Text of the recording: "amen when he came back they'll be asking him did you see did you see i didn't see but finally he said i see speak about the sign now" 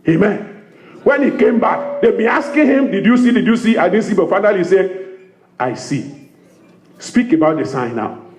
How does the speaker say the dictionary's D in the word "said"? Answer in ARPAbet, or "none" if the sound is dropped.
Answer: none